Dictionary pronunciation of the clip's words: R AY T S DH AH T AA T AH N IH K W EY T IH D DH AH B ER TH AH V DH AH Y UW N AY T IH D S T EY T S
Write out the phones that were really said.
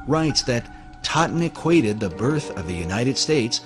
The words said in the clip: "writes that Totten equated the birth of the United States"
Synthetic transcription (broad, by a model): R AY T S DH AH T AA T N IH K W EY T IH D DH AH B ER TH AH V DH AH Y UW N AY T IH D S T EY T S